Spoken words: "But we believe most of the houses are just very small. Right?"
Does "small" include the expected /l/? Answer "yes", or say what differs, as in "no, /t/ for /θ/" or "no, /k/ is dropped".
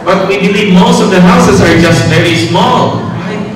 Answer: yes